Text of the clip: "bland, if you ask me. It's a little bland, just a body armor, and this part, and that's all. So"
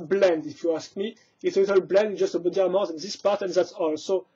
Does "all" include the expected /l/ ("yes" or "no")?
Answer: yes